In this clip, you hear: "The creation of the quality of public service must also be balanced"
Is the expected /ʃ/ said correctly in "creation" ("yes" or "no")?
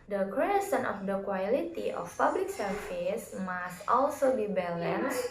no